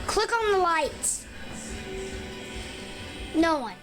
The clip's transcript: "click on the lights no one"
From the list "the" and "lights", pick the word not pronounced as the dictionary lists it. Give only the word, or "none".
lights